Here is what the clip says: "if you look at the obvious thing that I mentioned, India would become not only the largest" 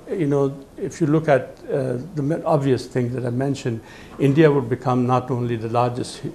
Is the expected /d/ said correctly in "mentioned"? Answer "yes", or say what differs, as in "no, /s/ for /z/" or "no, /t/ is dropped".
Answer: yes